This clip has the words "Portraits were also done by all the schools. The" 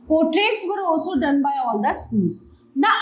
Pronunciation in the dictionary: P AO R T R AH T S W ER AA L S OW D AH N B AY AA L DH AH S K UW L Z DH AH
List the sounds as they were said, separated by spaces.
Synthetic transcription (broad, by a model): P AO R T R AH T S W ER AA L S OW D AH N B AY AA L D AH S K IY N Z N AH